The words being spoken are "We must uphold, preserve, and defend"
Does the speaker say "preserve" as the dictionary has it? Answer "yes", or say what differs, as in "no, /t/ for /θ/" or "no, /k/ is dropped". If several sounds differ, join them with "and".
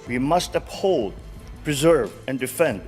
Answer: yes